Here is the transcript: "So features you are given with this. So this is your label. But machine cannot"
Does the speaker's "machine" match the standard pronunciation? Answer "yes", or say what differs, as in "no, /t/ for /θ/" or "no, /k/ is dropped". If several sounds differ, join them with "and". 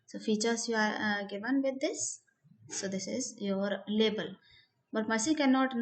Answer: no, /s/ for /ʃ/